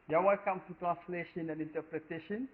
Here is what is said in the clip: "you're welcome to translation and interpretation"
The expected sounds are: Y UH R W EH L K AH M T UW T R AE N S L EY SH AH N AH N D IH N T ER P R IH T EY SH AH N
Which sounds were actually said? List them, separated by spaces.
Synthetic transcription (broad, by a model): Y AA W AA N K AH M T UW T R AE N S L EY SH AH N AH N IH N T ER P R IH T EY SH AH N